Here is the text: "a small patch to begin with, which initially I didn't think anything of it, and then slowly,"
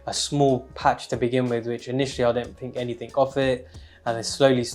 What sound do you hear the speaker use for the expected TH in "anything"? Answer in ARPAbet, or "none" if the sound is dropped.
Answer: TH